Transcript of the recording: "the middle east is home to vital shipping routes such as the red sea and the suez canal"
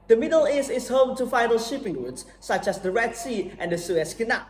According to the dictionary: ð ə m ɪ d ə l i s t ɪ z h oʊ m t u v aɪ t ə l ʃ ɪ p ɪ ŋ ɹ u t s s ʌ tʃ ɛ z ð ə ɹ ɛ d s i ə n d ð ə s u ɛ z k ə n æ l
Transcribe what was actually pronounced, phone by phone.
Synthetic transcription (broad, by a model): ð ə m ɪ d ə l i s ɪ s h oʊ m t u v aɪ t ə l ʃ ɪ p ɪ ŋ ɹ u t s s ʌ tʃ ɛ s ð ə ɹ ɛ d s i ə n d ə s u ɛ s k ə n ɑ